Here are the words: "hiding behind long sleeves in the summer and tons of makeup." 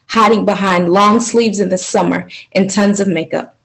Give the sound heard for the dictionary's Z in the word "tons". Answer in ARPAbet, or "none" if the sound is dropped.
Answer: Z